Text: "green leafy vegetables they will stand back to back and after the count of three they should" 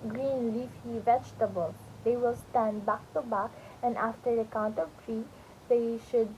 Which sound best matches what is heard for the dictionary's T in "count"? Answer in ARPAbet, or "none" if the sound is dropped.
T